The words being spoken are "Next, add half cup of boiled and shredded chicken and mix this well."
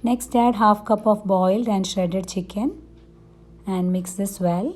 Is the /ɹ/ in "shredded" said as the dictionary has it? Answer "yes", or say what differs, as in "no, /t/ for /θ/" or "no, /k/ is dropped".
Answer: no, /ɹ/ is dropped